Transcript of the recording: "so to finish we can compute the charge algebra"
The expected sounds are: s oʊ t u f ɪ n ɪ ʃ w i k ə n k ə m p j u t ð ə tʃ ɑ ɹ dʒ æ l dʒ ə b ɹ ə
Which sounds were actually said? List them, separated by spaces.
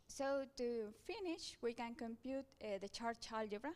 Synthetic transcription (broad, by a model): s oʊ t u f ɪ n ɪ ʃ w i k ə n k ə m p j u t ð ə tʃ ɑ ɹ tʃ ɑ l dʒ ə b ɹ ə